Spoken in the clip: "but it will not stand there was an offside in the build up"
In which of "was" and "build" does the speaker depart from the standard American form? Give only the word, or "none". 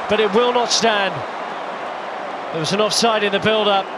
none